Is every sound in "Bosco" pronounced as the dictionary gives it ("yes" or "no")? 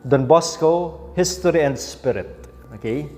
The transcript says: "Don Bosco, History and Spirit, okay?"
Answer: yes